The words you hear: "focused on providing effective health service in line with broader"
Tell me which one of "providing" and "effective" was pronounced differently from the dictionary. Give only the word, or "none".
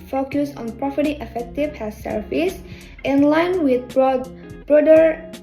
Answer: providing